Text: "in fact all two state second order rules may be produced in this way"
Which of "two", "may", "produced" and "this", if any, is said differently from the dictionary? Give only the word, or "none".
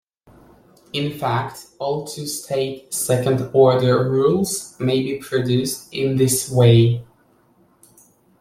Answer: none